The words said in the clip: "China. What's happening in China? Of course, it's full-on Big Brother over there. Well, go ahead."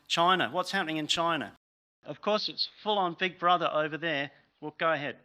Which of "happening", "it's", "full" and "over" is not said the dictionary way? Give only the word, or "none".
none